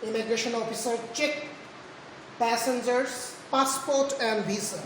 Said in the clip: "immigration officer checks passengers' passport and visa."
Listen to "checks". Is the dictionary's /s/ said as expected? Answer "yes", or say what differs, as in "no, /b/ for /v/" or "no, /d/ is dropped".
no, /s/ is dropped